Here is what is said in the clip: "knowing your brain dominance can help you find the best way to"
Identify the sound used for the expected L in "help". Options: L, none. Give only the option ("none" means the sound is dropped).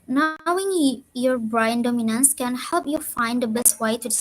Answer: L